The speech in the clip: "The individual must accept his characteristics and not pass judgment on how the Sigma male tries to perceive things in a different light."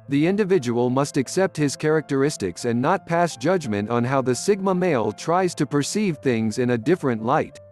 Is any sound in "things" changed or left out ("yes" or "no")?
no